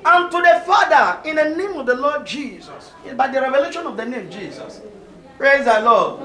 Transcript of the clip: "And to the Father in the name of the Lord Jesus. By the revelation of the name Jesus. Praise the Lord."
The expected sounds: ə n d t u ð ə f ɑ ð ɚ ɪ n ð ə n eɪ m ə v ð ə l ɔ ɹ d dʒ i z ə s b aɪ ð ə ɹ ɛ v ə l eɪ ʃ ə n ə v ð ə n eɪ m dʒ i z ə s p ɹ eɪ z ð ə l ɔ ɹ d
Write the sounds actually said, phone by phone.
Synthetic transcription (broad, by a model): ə n t u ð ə f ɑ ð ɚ ɪ n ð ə n eɪ m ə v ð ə l ɔ d dʒ i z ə s b aɪ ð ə ɹ ɛ v ə l eɪ ʃ ə n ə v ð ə n eɪ m dʒ i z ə s p ɹ eɪ z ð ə l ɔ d